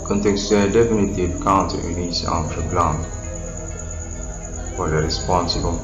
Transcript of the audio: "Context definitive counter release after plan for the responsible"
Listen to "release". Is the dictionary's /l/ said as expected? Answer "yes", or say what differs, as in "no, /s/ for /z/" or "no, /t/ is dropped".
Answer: no, /n/ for /l/